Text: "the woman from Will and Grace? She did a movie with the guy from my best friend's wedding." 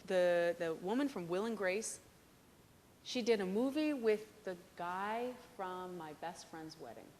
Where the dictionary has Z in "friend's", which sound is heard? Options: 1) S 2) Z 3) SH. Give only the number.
2